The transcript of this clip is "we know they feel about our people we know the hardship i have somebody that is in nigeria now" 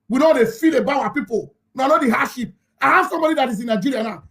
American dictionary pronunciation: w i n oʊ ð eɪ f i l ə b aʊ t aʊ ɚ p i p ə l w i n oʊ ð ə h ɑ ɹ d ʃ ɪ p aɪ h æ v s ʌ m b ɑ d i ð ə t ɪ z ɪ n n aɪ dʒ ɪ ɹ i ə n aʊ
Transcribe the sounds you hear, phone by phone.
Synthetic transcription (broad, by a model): w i n oʊ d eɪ f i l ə b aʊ aʊ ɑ p i p ə l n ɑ n oʊ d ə h ɑ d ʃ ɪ p aɪ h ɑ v s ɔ m b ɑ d i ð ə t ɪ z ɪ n n aɪ dʒ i ɹ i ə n aʊ